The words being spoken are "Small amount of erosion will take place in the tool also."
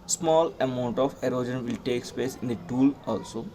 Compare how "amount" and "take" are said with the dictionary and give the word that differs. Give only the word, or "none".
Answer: none